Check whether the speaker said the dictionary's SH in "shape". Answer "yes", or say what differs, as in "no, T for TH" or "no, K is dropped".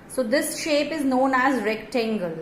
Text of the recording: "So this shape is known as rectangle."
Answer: yes